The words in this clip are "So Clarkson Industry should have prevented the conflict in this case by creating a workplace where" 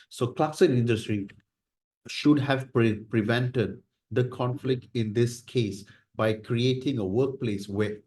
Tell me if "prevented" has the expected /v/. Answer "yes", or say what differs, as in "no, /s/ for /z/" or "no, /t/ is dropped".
yes